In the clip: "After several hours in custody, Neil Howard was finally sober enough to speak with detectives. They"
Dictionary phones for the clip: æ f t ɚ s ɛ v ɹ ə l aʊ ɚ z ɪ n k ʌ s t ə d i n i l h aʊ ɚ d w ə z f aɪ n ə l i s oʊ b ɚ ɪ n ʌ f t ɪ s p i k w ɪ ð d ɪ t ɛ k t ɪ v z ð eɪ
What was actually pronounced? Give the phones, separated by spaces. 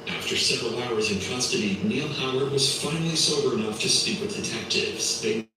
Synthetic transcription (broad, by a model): æ f t ɚ s ɛ v ɹ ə l aʊ ɚ z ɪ n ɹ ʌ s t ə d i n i l h aʊ ɚ w ə z f aɪ n l i s oʊ b ɚ ɪ n ʌ f t ɪ s p i k w ɪ ð d ɪ t ɛ k t ɪ v z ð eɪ